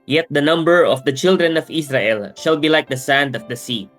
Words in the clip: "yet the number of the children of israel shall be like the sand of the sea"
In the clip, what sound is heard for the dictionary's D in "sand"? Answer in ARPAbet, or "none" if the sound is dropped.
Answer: D